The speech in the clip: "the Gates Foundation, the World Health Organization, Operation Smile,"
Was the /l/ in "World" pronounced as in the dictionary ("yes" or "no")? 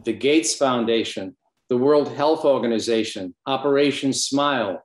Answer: yes